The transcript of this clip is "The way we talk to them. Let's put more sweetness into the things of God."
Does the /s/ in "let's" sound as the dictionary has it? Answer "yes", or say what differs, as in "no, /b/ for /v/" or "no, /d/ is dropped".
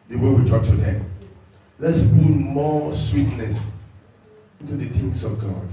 yes